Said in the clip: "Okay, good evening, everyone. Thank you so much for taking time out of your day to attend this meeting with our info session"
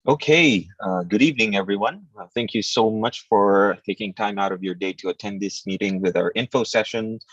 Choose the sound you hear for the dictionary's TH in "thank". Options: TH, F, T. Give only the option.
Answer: TH